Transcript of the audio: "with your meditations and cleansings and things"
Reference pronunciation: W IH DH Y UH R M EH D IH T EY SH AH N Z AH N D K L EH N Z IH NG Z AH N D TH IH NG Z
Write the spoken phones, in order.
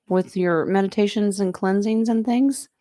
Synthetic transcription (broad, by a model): W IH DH Y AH R M EH D IH T EY SH AH N Z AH N K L EH N Z IH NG Z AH N TH IH NG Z